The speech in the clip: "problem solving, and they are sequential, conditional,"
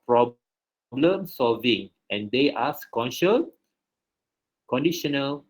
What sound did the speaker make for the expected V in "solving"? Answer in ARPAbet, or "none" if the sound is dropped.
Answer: V